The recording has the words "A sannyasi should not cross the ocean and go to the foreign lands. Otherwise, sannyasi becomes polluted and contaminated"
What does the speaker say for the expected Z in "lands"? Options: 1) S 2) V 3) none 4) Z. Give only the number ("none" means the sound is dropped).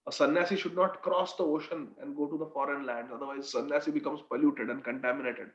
3